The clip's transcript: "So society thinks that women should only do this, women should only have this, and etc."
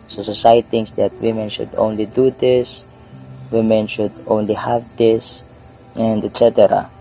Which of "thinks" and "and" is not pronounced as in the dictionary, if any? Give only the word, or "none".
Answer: thinks